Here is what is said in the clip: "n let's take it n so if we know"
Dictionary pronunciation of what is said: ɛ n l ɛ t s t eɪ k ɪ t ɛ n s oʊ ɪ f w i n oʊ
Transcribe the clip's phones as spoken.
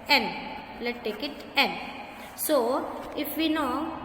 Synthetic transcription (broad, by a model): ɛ n l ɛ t t eɪ k ɪ t ɛ n s oʊ ɪ f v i n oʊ